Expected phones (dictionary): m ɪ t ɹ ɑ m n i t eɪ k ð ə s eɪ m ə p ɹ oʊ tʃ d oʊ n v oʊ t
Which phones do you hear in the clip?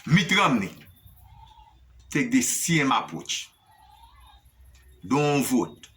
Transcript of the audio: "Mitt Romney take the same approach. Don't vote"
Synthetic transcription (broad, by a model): m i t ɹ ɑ m n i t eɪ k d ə s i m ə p oʊ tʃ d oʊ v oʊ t